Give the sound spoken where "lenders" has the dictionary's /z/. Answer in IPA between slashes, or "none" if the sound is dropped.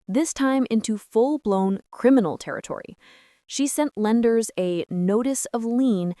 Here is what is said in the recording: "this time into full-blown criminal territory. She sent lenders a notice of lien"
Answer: /z/